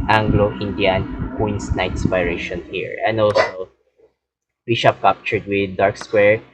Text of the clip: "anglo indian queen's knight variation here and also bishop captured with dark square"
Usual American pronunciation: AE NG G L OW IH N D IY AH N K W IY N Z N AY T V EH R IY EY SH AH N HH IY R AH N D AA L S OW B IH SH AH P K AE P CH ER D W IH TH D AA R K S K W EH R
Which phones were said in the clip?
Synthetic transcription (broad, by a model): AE NG G L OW IH N D IY AH N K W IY N S N AY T P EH R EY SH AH N HH IY R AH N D AA L S OW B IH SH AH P K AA P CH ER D W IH D AA R K S K W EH R